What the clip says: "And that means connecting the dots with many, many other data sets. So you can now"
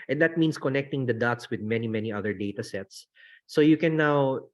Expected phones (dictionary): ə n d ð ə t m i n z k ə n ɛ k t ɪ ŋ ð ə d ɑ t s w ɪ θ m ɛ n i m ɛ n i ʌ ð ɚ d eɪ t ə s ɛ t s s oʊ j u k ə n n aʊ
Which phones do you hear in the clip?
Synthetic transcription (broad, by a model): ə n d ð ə t m i n s k ə n ɛ k t ɪ ŋ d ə d ɑ t s w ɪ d m ɛ n i m ɛ n i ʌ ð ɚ d eɪ t ə s ɛ t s s oʊ j u k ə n n aʊ